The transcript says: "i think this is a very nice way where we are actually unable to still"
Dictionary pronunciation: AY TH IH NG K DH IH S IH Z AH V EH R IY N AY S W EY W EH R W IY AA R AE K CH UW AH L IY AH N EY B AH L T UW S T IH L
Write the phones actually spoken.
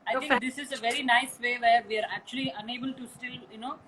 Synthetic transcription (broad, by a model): AY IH K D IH S IH Z AH V EH R IY N AY S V EY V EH R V IY AA R AE K CH UW AH L IY AH N EY B AH L T UW S T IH L